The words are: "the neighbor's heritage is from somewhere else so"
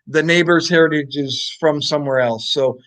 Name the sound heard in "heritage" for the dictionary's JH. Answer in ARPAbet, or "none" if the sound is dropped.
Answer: JH